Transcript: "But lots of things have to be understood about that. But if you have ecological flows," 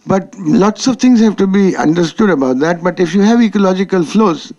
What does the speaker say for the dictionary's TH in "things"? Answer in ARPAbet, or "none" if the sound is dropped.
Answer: T